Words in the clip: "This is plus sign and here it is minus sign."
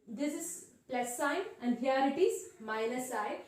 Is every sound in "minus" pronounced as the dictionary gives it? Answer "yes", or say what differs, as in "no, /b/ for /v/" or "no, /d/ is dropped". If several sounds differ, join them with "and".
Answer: no, /l/ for /n/